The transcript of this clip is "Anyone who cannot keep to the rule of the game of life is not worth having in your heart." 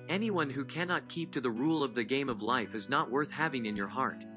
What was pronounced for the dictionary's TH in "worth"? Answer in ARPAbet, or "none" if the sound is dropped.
TH